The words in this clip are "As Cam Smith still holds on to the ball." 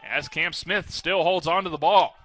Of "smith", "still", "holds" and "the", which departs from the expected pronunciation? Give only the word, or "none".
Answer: none